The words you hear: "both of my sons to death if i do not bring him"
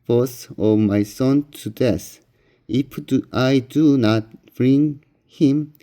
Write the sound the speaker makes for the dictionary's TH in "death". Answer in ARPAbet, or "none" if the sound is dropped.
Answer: S